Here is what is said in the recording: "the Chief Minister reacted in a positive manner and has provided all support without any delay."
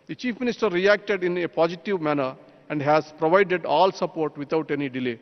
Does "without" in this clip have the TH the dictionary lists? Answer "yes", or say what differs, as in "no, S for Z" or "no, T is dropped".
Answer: no, T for TH